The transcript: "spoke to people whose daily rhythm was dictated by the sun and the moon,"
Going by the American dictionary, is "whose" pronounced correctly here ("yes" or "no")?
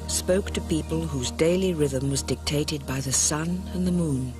yes